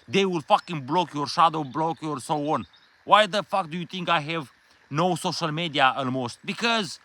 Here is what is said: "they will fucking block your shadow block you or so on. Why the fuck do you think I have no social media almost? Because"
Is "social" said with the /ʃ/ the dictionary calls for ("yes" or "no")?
yes